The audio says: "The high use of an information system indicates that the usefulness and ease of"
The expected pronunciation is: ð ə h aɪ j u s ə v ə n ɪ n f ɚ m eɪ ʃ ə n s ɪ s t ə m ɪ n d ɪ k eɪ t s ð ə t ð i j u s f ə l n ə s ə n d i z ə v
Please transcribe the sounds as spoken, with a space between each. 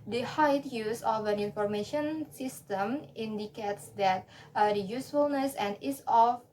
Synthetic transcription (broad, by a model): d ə h aɪ j u s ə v ə n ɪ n f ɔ m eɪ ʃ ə n s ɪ s t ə m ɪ n d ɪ k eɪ t s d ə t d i j u s f ə l n ə s ə n d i s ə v